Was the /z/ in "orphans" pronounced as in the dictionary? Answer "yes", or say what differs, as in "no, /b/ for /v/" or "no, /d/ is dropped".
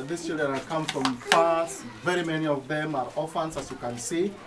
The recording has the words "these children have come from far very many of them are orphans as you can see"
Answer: no, /s/ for /z/